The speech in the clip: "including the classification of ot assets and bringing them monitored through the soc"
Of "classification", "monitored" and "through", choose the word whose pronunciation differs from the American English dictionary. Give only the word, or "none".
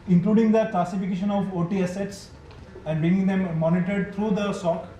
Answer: through